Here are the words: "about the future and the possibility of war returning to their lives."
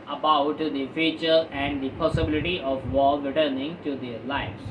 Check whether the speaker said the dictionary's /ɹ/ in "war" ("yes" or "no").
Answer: no